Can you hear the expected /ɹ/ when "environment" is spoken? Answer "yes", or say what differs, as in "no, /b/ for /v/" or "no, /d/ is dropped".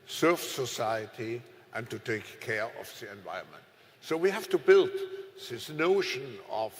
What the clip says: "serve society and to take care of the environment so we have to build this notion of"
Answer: no, /ɹ/ is dropped